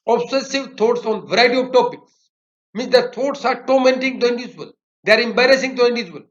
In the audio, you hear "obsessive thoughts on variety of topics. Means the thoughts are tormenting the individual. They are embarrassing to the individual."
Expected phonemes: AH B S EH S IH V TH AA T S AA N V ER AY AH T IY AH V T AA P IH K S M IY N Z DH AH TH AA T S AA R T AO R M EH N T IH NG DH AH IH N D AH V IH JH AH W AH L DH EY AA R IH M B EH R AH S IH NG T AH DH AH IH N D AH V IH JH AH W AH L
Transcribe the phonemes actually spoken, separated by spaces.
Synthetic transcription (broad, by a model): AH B S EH S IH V T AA T S AA N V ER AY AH T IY AH V T AA P IH K S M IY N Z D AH T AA T S AA R T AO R M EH N T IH NG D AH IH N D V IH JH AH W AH L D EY AA R IH M B EH R AH S IH NG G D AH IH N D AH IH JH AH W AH L